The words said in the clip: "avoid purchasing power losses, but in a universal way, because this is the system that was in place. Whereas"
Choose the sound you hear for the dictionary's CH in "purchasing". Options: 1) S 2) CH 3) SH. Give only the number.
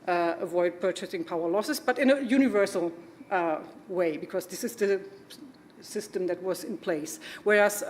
2